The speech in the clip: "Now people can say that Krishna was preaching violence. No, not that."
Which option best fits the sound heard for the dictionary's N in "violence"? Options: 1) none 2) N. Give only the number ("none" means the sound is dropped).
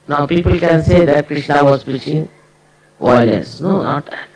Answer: 1